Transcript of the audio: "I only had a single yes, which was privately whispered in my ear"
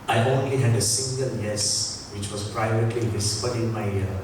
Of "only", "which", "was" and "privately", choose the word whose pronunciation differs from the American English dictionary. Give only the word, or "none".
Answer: was